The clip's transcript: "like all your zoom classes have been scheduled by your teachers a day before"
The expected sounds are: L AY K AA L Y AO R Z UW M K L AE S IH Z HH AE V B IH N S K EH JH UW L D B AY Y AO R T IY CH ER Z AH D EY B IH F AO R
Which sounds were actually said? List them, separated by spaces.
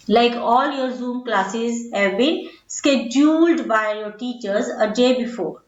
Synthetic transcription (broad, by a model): L AY K AA L Y AO R Z UW M K L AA S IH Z HH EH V B IH N S K EH JH UW L D B AY Y AO R T IY CH ER Z AH D EY B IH F AO R